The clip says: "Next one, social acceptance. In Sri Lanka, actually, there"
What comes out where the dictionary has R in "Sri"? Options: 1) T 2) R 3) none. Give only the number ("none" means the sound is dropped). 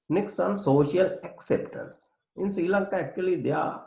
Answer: 3